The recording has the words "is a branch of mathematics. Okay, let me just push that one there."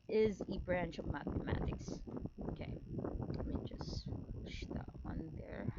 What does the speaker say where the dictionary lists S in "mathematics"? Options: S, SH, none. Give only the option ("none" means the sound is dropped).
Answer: S